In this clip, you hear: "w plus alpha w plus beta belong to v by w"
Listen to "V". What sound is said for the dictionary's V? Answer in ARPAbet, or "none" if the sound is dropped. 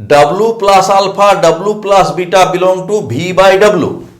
B